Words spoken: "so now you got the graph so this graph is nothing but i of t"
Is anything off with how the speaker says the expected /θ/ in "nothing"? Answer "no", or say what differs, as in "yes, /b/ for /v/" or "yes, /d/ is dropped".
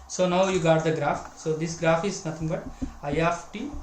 yes, /t/ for /θ/